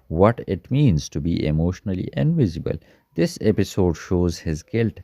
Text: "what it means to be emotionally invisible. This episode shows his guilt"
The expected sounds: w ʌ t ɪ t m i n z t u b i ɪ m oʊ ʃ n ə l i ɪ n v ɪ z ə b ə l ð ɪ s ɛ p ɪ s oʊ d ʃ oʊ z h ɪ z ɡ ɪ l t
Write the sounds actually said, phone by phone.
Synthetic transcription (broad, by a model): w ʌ t ɪ t m i n z t u b i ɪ m oʊ ʃ n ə l i ɪ n v ɪ z ə b ə l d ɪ s ɛ p ɪ s oʊ d ʃ oʊ z h ɪ z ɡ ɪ l t